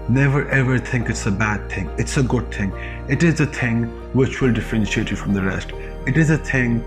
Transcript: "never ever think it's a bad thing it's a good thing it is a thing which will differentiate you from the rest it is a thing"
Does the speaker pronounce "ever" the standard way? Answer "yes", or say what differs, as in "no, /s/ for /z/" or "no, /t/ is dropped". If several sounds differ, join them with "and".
yes